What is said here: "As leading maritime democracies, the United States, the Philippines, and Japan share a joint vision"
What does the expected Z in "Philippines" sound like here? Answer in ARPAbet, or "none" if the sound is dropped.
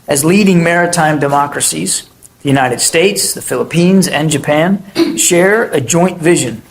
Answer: Z